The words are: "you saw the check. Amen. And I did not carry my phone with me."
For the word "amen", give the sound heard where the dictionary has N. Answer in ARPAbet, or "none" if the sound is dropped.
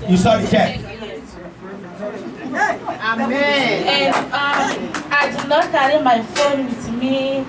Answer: none